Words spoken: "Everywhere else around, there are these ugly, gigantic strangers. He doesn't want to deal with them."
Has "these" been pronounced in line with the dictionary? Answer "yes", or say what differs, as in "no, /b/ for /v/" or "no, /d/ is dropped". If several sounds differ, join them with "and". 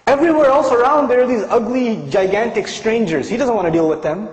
yes